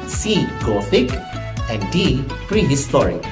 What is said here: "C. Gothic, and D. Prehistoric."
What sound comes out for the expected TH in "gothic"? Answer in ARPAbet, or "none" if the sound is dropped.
F